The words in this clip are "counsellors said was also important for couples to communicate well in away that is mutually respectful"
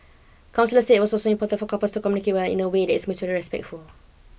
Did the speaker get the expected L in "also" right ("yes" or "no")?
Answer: no